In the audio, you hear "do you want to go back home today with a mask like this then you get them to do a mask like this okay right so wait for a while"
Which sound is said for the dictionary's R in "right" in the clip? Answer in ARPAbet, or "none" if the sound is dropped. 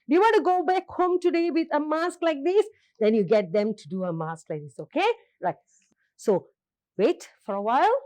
L